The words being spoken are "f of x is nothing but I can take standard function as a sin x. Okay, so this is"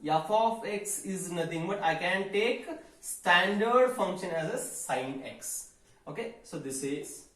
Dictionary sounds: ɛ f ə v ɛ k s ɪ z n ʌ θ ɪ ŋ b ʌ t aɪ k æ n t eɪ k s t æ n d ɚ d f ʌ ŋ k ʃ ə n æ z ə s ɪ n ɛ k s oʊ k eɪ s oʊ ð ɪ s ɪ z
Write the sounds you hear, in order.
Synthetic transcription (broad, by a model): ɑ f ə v ɛ k s ɪ z n ʌ t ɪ ŋ b ʌ t aɪ k æ n t eɪ k s t æ n d ɚ d f ʌ ŋ k ʃ ə n æ z ə s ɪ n ɛ k s oʊ k eɪ s oʊ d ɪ s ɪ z